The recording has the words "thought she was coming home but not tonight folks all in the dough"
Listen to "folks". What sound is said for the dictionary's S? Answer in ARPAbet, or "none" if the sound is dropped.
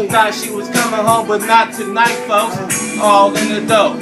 none